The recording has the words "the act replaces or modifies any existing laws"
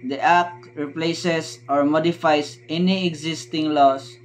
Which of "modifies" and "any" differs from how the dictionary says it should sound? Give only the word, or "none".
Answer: modifies